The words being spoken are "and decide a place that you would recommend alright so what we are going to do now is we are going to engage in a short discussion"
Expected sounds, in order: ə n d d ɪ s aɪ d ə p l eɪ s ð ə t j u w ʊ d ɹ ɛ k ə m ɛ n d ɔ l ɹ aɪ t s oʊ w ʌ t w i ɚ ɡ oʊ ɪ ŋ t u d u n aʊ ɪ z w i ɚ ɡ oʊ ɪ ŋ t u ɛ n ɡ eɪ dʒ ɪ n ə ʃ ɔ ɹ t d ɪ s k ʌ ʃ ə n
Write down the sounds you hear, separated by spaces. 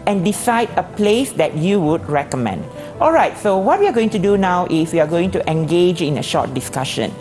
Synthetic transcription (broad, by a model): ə n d d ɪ s aɪ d ə p l eɪ s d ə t j u w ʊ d ɹ ɛ k ə m ɛ n d ɔ l ɹ aɪ t s oʊ w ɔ t w i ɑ ɡ oʊ ɪ ŋ t u d u n aʊ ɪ s w i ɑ ɡ oʊ ɪ ŋ t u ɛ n ɡ eɪ dʒ ɪ n ə ʃ ɔ t d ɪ s k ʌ ʃ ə n